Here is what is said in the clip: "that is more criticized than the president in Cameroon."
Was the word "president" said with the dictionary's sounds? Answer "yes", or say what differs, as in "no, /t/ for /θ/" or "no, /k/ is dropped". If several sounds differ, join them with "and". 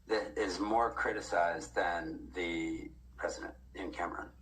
yes